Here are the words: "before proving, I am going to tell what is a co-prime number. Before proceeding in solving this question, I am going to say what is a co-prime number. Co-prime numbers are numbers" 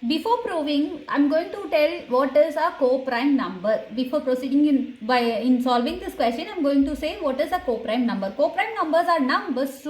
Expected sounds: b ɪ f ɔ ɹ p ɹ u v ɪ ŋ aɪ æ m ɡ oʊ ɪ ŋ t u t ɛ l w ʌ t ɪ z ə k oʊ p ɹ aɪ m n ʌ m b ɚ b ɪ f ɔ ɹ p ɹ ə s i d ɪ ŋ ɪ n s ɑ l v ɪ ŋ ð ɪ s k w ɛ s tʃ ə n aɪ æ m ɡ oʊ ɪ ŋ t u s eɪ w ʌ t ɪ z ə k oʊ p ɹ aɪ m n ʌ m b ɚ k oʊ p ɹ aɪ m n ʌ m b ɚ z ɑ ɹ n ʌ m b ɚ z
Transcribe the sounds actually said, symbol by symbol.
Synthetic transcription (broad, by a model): b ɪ f ɔ ɹ p ɹ u v ɪ ŋ aɪ m ɡ oʊ ɪ ŋ t u t ɛ l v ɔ t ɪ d ə k oʊ p ɹ aɪ m n ʌ m b ɚ b ɪ f ɔ ɹ p ɹ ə s i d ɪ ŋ ɪ n s ɑ l v ɪ ŋ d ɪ s k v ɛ s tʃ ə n aɪ m ɡ oʊ ɪ ŋ t u s eɪ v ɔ t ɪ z ə k oʊ p ɹ aɪ m n ʌ m b ɚ k oʊ p ɹ aɪ m n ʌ m b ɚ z ɑ ɹ n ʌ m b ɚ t